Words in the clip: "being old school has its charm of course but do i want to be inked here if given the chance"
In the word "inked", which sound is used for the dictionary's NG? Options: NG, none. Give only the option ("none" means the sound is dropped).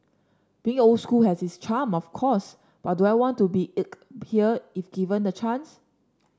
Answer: none